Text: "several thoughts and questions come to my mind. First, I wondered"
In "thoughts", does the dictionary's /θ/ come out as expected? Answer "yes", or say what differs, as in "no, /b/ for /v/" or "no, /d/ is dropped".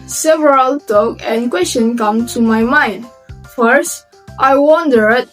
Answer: no, /t/ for /θ/